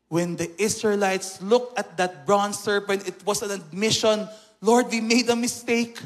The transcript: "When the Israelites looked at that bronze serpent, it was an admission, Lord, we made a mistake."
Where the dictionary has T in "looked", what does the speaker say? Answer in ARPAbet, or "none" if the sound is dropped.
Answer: T